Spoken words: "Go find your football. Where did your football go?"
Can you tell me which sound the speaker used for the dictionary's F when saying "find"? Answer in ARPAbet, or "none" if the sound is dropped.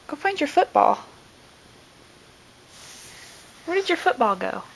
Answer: P